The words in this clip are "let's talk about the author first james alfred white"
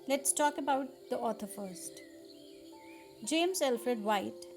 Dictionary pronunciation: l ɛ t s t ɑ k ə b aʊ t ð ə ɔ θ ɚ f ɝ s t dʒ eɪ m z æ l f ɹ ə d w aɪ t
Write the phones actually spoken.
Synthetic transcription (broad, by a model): l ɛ t s t ɑ k ə b aʊ t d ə ɔ t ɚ f ɝ s t dʒ eɪ m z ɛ l f ɹ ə d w aɪ t